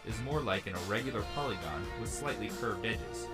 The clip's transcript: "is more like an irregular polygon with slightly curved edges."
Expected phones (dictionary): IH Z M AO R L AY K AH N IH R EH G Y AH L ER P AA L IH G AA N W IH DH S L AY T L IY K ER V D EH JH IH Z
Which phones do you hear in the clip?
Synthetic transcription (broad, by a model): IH Z M AO R L AY K AH N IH R EH G Y L ER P AA L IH G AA N W IH DH S L AY T L IY K ER V D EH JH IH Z